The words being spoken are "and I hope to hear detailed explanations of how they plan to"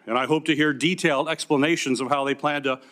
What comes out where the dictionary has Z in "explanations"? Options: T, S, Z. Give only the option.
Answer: Z